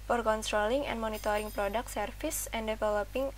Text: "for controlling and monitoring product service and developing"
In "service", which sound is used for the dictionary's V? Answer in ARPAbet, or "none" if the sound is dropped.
F